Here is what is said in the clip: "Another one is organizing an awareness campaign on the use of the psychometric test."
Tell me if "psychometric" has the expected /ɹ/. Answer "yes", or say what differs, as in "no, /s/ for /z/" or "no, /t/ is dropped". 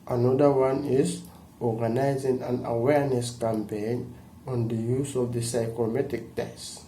no, /ɹ/ is dropped